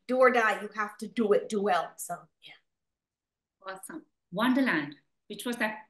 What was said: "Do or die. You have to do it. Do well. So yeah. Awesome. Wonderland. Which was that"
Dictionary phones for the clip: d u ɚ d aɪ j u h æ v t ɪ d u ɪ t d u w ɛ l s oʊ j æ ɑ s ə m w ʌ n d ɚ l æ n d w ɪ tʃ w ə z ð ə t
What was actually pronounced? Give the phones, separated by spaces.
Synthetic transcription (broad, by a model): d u ɚ d aɪ j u h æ f t ɪ d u ɪ t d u w ɛ l s oʊ j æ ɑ s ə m w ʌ n d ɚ l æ n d w ɪ tʃ w ə z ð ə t